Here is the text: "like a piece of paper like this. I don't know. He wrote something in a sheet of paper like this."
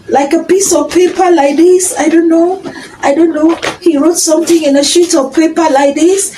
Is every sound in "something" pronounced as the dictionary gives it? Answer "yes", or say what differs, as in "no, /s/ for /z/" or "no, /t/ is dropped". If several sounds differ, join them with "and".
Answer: no, /t/ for /θ/